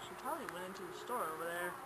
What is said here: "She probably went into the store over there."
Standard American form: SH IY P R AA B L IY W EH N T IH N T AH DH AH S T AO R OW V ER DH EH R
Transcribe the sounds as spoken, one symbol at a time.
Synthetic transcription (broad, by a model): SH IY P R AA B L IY W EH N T IH N T AH DH AH S T AO R OW V ER DH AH R